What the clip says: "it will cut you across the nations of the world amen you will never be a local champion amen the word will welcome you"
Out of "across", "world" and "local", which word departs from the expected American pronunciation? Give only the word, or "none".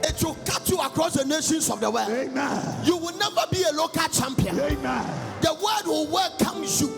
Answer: world